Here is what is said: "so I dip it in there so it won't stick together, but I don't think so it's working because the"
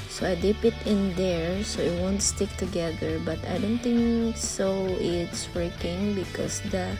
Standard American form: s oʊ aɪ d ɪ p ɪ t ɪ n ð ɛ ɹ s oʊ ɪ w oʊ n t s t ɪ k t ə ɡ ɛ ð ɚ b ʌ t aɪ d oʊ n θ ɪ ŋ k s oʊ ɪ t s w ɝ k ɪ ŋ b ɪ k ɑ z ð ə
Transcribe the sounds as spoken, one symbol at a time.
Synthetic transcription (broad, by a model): s oʊ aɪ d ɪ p ɪ t ɪ n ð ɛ ɹ s oʊ ɪ w oʊ n t s t ɪ k t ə ɡ ɛ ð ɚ b ʌ t aɪ d oʊ n t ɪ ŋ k s oʊ ɪ t s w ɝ k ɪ ŋ b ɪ k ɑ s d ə